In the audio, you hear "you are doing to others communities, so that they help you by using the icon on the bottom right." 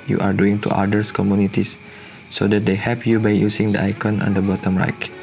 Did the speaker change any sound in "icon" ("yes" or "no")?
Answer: no